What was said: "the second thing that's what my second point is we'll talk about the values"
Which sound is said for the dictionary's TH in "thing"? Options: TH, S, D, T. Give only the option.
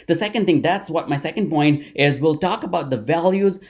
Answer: T